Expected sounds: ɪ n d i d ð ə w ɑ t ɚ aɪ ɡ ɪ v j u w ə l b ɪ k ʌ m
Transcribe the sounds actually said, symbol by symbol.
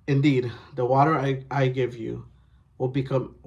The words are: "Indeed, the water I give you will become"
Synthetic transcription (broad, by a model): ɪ n d i d ð ə w ɑ t ɚ aɪ ɡ ɪ v j u w ə l b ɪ k ʌ m